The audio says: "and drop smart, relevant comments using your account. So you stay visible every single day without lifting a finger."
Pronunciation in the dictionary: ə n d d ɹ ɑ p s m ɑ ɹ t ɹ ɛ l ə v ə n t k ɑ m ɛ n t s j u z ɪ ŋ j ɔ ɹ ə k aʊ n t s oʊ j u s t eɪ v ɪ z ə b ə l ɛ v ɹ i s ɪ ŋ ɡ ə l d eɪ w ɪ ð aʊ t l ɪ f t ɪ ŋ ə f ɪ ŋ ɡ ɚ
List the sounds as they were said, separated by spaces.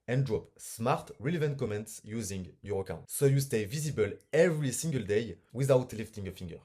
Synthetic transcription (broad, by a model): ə n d d ɹ ɑ p s m ɑ ɹ t ɹ ɛ l ə v ə n t k ɑ m ɛ n t s j u z ɪ ŋ j ɔ ɹ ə k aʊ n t s oʊ j u s t eɪ v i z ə b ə l ɛ v ɹ i s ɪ ŋ ɡ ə l d eɪ w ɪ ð aʊ t l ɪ f t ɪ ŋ ə f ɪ ŋ ɡ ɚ